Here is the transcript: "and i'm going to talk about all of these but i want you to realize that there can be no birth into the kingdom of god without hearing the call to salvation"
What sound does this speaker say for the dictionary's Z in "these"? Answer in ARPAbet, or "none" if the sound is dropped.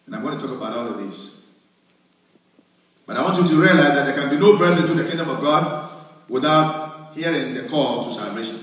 S